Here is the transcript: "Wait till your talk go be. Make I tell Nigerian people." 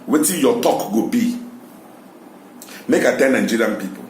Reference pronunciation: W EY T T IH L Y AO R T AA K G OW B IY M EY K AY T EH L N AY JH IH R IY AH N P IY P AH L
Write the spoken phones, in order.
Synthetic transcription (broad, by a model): W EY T T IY Y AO T AA K G OW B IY M EY K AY T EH N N JH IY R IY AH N P IY P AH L